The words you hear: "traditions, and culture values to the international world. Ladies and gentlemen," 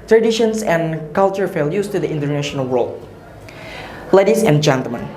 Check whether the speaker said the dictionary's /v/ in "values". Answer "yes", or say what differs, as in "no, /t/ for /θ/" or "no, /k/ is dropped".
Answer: no, /f/ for /v/